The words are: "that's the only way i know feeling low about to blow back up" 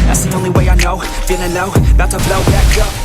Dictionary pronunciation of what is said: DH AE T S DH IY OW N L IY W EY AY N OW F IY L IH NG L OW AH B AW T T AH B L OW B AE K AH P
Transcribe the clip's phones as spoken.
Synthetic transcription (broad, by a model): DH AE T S DH IY OW N L IY W EY AY N OW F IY N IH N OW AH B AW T T AH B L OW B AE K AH